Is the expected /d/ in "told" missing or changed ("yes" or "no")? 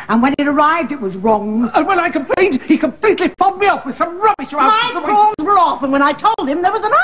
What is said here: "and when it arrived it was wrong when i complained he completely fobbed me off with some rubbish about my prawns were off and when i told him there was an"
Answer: no